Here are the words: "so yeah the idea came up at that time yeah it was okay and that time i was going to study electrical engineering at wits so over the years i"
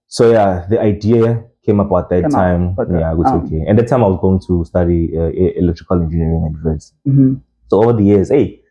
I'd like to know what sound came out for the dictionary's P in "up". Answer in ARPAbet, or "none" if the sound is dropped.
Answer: B